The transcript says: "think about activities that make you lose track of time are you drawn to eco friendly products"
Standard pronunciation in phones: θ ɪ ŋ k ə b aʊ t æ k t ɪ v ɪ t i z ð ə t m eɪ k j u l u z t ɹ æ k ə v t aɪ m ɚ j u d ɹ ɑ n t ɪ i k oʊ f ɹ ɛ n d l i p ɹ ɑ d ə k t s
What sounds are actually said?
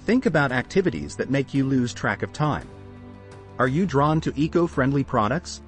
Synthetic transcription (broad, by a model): θ ɪ ŋ k ə b aʊ t æ k t ɪ v ɪ t i z ð ə t m eɪ k j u l u z t ɹ æ k ə v t aɪ m ɚ j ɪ d ɹ ɑ n t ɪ i k oʊ f ɹ ɛ n d l i p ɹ ɑ d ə k t s